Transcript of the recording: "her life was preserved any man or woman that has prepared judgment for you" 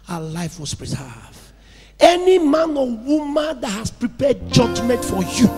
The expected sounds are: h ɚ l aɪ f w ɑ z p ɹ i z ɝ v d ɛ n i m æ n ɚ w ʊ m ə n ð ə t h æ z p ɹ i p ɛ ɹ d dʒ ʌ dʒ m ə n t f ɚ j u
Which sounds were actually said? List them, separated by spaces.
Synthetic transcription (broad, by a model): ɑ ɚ l aɪ f w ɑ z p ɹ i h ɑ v ɛ n i m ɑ n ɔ w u m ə n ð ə t h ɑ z p ɹ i p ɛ d dʒ ʌ dʒ m ə n t f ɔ j u